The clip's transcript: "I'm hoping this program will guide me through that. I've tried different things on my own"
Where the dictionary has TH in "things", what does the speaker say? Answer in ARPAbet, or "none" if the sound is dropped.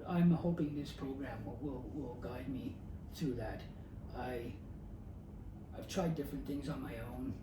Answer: TH